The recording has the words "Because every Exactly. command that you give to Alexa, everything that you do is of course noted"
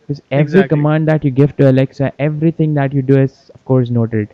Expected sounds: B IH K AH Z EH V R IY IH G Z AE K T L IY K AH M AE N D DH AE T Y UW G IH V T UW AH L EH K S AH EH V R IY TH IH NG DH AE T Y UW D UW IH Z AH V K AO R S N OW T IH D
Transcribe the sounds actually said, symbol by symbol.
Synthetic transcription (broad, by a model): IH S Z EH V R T IY K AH M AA N D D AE T Y UW G IH V T UW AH L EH K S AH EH V R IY T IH NG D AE T Y UW D UW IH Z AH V K AO R S N OW T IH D